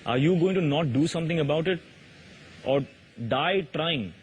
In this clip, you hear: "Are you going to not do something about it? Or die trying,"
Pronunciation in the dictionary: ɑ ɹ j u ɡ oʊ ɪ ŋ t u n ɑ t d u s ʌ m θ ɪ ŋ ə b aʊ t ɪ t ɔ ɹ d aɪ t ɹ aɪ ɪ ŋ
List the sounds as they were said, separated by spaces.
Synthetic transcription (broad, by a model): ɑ ɹ j u ɡ oʊ ɪ ŋ t u n ɑ t d u s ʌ m t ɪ ŋ ə b aʊ t ɪ t ɔ ɹ d aɪ t ɹ aɪ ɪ ŋ